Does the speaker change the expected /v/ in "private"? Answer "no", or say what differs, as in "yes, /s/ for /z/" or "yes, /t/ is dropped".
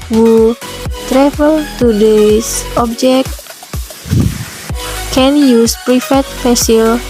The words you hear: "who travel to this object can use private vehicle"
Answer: yes, /f/ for /v/